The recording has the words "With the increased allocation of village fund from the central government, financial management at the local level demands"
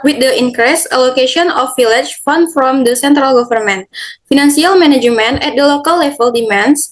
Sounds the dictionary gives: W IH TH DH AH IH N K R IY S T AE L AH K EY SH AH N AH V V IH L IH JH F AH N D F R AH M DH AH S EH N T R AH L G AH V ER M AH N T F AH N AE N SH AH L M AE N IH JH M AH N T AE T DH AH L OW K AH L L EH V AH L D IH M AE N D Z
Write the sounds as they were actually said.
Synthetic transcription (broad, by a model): W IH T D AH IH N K R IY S AH L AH K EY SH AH N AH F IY L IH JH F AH N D F R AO M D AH S EH N T R AH L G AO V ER M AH N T F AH N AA N S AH L M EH N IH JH M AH N EH T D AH L OW K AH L L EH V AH L D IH M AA N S